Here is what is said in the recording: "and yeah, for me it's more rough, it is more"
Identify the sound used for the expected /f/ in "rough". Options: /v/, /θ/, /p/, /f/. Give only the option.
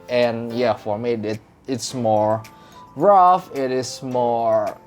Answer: /f/